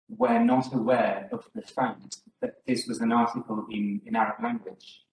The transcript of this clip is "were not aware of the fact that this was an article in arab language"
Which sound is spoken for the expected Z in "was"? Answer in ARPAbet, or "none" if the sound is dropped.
Z